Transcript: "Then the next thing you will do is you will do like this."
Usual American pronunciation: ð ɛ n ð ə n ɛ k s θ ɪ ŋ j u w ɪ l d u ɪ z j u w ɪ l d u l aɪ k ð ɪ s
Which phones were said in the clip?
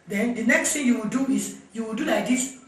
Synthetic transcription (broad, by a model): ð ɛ n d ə n ɛ k s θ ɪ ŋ j u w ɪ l d u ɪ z j u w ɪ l d u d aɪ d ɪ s